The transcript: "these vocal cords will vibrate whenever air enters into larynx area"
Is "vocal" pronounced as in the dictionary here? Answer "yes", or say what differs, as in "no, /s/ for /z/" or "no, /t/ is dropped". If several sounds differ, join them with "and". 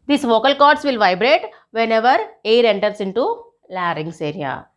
yes